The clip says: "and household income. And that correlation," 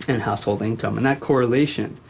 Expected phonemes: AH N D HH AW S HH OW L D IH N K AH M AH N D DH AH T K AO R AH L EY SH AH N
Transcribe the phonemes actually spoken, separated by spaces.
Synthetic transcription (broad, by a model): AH N HH AW S HH OW L D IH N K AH M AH N DH AH T K AO R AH L EY SH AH N